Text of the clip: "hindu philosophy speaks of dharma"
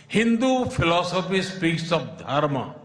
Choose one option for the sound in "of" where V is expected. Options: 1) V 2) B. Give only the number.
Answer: 2